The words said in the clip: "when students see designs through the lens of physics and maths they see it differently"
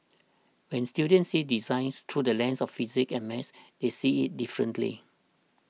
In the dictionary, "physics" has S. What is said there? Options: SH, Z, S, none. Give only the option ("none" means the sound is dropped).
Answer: none